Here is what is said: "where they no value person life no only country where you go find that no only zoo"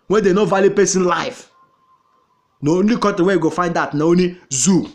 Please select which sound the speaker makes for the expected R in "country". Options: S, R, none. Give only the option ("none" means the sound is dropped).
none